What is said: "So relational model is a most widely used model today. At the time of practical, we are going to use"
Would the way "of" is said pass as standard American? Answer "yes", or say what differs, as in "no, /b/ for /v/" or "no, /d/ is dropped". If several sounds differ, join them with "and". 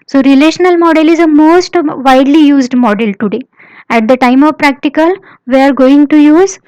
yes